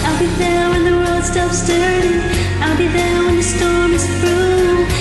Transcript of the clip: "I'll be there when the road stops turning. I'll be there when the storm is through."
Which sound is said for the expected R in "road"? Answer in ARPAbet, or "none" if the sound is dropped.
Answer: W